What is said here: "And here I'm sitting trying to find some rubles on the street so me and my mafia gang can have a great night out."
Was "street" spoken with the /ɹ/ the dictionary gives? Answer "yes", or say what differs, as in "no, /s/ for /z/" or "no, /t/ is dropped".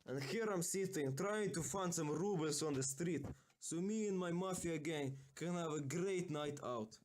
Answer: yes